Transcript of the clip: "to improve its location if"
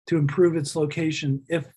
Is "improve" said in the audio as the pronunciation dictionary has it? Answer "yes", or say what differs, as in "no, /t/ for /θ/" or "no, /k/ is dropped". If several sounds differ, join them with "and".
yes